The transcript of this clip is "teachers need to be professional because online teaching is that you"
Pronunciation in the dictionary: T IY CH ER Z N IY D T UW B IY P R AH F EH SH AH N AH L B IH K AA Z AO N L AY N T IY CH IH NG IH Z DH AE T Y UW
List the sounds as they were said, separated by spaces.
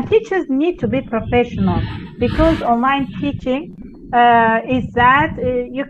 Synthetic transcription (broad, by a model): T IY CH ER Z N IY D T UW B IY P R AH F EH SH AH N AH L B IH K AA Z AO N L AY N T IY CH IH NG IH Z DH AE T Y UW